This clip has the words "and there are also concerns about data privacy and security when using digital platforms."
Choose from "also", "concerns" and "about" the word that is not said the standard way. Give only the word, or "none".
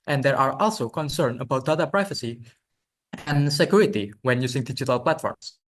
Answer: concerns